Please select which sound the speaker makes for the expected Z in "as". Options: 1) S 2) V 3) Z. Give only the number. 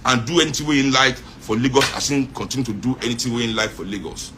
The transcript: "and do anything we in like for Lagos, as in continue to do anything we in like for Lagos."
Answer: 1